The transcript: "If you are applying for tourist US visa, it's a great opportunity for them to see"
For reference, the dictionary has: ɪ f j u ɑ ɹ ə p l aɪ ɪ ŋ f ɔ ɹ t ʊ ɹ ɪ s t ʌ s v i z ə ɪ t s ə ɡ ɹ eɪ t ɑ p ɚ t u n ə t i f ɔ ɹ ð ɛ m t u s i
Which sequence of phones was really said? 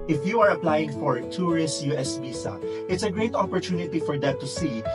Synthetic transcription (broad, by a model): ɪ f j u ɑ ɹ ə p l aɪ ɪ ŋ f ɔ ɹ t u ɹ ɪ s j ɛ s b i s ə ɪ t s ə ɡ ɹ eɪ t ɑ p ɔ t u n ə t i f ɔ ɹ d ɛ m t u s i